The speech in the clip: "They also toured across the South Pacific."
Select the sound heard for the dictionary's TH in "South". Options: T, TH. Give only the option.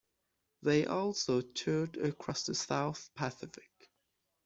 TH